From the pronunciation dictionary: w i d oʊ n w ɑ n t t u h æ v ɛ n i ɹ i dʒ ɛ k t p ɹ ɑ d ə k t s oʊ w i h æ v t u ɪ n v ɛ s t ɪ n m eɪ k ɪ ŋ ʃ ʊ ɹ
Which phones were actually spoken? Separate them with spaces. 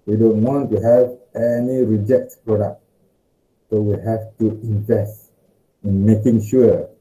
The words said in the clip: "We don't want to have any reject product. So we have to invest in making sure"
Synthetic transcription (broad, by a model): w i d oʊ n w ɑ n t t u h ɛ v ɛ n i ɹ i dʒ ɛ k t p ɹ ɑ d ə k t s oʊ w i h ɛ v t u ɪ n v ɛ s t ɪ n m eɪ k ɪ ŋ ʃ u